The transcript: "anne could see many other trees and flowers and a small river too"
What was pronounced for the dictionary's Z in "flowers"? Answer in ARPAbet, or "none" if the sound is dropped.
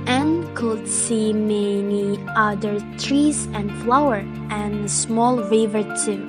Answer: none